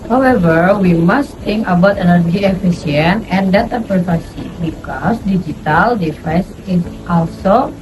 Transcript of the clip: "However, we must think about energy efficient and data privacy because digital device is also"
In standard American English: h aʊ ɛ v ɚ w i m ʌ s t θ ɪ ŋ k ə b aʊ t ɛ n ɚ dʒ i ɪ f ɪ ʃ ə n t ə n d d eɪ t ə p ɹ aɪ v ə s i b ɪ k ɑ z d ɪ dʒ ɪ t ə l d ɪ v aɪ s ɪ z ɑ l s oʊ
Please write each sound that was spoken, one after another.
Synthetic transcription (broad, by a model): h aʊ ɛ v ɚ w i m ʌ s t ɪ ŋ k ə b aʊ t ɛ n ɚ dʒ i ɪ f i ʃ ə n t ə n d d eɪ t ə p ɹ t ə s i b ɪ k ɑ s d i dʒ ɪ t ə l d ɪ f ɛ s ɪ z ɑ l s oʊ